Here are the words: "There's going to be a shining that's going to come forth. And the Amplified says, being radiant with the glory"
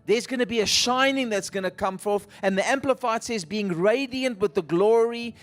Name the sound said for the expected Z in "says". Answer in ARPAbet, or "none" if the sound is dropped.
Z